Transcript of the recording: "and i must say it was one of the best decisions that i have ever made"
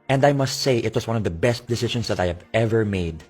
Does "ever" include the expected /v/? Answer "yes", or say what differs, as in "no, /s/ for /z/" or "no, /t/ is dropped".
yes